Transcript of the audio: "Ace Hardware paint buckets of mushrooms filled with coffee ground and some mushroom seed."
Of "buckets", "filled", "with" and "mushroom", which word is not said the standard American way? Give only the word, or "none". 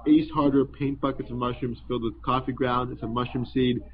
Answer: mushroom